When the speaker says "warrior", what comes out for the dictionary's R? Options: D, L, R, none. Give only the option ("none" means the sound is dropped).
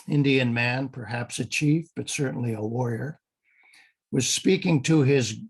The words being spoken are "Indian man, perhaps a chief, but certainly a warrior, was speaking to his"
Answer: R